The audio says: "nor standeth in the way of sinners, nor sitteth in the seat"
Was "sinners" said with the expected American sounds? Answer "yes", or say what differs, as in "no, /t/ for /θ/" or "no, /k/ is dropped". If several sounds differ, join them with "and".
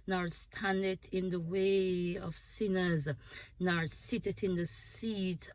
yes